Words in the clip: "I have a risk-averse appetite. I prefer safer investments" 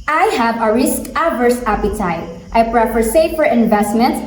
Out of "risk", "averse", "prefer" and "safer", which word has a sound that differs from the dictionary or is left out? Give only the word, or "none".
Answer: none